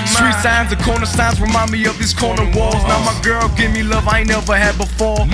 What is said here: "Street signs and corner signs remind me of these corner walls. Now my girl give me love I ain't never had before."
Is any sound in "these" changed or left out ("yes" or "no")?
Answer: yes